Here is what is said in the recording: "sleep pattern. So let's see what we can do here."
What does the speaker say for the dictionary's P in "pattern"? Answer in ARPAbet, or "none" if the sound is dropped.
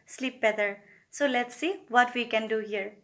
B